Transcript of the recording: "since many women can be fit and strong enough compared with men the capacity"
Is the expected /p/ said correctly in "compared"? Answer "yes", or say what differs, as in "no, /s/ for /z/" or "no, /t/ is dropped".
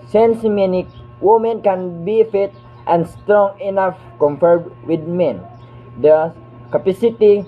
no, /f/ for /p/